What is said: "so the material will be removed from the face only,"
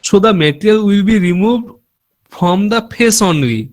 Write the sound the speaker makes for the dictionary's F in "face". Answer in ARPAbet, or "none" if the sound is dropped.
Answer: P